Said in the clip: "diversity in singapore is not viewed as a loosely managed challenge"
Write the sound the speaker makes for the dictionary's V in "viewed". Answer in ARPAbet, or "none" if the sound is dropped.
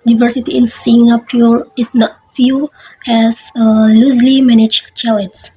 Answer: F